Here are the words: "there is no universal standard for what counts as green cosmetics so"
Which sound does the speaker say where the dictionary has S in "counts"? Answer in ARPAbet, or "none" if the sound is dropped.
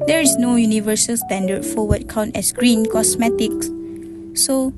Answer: none